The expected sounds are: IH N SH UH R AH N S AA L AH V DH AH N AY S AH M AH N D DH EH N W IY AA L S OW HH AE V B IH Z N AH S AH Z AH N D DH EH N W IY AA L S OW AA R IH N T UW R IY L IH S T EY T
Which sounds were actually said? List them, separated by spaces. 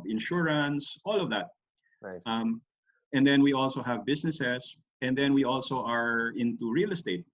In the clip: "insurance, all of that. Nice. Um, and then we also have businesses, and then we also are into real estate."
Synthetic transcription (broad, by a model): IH N SH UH R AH N S AA L AH V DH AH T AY M AH N D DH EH N W IY AA L S OW HH AE V B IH S N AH S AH S AH N D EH N W IY AA L S OW AA R IH N T UW R IY L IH S T EY T